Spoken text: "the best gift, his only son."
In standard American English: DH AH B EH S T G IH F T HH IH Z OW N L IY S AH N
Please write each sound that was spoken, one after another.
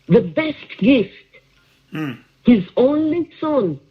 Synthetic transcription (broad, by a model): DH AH B EH S T G IH F T HH IH Z OW N L IY S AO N